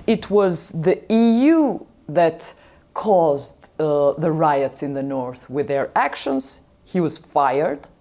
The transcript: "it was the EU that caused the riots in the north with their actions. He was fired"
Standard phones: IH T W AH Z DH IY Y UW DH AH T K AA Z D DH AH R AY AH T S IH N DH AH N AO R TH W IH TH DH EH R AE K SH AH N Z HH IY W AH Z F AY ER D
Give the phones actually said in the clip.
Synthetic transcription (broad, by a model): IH T W AH Z DH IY Y UW DH AH T K AA Z D DH AH R AY AH T S IH N DH AH N AO R TH W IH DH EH R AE K SH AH N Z HH IY W AH Z F AY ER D